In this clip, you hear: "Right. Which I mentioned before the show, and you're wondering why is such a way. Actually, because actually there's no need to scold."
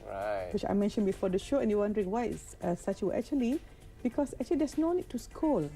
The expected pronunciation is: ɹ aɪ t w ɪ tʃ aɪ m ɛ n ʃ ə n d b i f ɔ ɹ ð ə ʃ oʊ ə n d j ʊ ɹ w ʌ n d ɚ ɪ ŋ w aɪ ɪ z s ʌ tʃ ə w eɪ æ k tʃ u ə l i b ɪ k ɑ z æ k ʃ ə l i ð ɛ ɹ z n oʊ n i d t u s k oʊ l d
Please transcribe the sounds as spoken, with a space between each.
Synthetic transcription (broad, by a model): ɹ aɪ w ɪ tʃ aɪ m ɛ n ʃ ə n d b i f ɔ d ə ʃ oʊ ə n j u w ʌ n d ɚ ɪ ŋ w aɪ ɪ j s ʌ s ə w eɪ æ k tʃ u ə l i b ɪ k ɑ s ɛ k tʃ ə l i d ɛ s n oʊ n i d t u s k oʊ l